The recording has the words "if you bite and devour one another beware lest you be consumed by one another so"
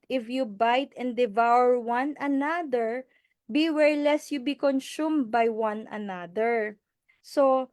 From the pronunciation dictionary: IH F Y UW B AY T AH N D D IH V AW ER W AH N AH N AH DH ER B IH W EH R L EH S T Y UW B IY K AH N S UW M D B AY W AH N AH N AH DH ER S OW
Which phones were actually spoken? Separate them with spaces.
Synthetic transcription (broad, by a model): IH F Y UW B AY T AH N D D IH V AW ER W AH N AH N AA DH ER B IH W EH R L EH S Y UW B IY K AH N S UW M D B AY W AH N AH N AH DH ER S OW